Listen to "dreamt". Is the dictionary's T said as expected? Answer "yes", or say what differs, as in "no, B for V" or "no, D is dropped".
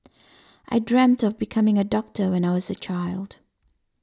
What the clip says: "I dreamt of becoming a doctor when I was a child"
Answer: yes